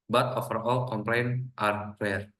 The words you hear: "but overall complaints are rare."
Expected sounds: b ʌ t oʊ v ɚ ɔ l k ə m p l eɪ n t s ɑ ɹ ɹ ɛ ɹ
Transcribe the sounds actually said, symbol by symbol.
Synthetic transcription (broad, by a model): b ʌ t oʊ f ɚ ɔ l k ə m p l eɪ n t ɑ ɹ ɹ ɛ ɹ